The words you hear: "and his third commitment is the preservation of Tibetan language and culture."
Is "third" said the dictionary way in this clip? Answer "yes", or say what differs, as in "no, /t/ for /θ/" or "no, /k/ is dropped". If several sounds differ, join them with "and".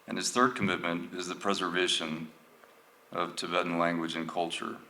yes